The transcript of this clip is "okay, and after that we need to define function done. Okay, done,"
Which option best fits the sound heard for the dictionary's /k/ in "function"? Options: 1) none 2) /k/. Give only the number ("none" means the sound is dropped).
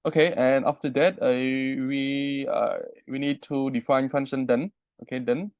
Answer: 1